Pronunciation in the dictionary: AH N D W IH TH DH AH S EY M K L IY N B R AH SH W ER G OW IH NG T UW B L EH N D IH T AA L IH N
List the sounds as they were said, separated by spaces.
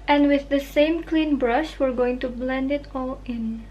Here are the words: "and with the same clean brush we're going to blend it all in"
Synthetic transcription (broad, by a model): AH N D W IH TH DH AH S EY M K L IY N B R AH SH W ER G OW IH NG T UW B L EH N D IH T AA L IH N